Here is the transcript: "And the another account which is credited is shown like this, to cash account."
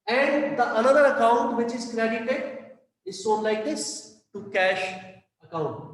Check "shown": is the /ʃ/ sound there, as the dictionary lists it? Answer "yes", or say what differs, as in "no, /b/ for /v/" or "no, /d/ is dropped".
no, /s/ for /ʃ/